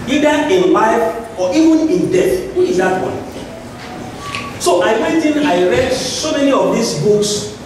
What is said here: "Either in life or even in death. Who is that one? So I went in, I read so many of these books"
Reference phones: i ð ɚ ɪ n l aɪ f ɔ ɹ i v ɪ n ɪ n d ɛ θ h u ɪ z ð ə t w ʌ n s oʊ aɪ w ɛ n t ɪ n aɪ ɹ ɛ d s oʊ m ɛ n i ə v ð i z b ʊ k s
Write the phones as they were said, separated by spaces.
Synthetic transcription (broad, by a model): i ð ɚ ɪ n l aɪ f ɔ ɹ i v ɪ n ɪ n d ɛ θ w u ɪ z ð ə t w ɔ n s oʊ aɪ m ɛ t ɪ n aɪ ɹ ɛ d s oʊ m ɛ n i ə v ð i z b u k s